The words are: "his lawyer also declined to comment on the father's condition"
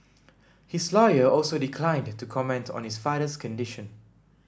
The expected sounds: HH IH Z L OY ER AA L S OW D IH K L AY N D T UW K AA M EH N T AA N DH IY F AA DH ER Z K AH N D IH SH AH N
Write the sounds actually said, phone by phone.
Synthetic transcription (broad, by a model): HH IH S L OY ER AA L S OW D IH K L AY N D T UW K AA M EH N T AA N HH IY F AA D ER S K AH N D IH SH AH N